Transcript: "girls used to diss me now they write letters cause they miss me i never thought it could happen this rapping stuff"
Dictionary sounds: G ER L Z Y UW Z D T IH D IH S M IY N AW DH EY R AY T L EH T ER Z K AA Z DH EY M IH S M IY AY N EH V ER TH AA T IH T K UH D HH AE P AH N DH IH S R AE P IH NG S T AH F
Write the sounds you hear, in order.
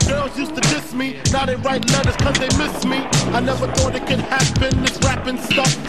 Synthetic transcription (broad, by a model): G ER L Z Y UW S T IH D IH S M IY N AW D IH R AY T L EH T ER Z K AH Z DH EY M IH S M IY AY N EH V ER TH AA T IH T K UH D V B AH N DH IH S R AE P IH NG S T AH F